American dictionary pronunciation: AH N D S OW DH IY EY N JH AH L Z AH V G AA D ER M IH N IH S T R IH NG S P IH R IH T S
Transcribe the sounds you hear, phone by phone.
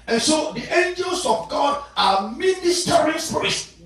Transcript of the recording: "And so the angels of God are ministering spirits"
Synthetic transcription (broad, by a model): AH N S OW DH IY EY N JH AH L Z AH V G AA D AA M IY N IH S T R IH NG S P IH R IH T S